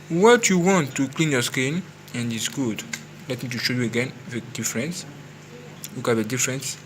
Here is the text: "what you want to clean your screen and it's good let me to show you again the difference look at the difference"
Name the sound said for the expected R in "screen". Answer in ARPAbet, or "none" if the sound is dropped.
none